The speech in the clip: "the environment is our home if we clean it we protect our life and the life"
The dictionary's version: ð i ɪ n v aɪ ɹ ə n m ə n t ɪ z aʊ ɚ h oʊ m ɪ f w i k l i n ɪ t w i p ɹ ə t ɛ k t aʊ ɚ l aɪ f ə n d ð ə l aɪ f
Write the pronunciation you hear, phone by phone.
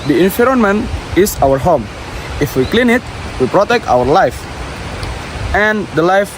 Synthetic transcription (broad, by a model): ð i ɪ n f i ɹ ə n m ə n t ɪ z aʊ ɚ h oʊ m ɪ f w i k l i n ɪ t w i p ɹ ə t ɛ k t aʊ ɚ l aɪ f ə n d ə l aɪ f